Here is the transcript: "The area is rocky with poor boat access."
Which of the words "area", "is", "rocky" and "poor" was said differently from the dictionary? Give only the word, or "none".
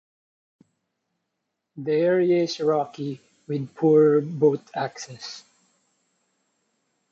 is